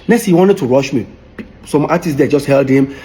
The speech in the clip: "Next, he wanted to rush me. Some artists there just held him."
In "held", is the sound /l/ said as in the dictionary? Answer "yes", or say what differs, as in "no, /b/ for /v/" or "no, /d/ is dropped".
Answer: yes